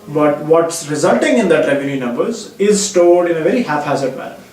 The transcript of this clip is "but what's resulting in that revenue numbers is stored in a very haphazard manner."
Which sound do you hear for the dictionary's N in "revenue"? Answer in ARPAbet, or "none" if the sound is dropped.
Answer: L